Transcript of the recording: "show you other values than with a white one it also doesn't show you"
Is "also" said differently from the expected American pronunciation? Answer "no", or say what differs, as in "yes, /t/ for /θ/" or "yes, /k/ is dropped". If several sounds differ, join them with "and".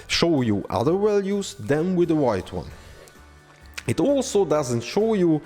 no